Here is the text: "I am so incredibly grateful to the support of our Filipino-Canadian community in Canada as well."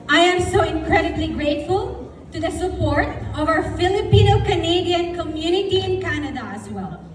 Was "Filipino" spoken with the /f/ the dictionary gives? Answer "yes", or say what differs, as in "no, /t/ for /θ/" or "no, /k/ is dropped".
yes